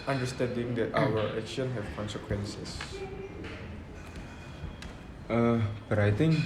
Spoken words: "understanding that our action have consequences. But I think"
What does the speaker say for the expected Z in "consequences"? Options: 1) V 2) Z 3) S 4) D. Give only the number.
3